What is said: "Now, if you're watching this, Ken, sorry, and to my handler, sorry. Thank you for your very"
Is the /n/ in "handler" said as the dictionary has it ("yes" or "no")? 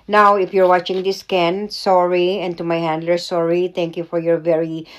yes